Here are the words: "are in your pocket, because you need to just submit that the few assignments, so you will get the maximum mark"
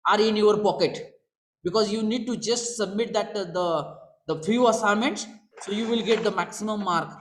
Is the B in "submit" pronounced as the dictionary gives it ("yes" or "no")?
yes